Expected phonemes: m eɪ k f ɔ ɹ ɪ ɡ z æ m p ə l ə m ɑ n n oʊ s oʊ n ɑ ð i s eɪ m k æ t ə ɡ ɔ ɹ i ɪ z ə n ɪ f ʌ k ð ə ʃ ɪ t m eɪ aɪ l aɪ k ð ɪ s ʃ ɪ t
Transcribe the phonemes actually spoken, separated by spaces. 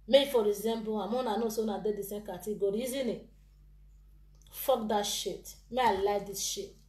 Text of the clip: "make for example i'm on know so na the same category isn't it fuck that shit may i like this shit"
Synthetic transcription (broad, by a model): m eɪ f ɔ ɹ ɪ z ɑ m b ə ə m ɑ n n oʊ s oʊ n ɑ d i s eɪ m k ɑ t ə ɡ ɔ ɹ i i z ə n ɪ f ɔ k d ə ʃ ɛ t m eɪ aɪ l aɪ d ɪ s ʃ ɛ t